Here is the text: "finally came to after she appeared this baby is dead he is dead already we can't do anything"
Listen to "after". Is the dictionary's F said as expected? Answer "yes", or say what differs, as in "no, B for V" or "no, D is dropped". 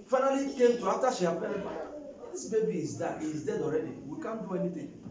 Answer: no, F is dropped